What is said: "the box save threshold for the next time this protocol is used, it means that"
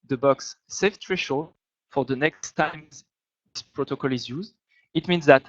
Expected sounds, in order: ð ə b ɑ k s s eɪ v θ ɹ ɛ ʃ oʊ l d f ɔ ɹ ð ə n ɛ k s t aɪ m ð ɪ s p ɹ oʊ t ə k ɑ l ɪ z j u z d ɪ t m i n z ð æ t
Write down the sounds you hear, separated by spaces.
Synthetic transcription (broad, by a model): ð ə b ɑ k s s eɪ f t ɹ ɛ ʃ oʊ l f ɔ ɹ ð ə n ɛ k s t aɪ m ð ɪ s p ɹ oʊ t ə k ɑ l ɪ z j u z d ɪ t m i n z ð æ t